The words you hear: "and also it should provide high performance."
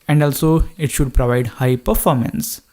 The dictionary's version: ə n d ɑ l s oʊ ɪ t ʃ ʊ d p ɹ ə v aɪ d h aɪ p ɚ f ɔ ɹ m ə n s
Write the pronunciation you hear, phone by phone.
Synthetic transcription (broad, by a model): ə n d ɑ l s oʊ ɪ t ʃ ʊ d p ɹ ə v aɪ d h aɪ p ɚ f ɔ ɹ m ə n s